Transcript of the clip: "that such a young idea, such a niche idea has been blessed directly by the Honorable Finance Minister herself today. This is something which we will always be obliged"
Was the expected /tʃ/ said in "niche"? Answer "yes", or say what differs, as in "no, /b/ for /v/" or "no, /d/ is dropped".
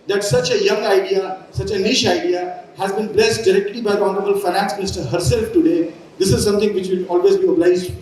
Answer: no, /ʃ/ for /tʃ/